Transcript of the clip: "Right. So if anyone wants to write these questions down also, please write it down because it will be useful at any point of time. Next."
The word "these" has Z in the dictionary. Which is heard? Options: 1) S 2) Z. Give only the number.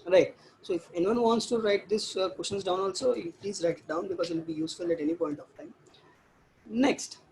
1